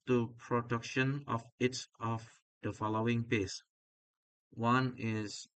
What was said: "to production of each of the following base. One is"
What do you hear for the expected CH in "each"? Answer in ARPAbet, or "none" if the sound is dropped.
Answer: S